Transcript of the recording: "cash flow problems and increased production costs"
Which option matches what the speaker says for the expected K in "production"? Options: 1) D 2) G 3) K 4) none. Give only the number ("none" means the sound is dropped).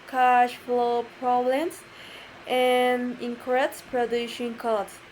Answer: 4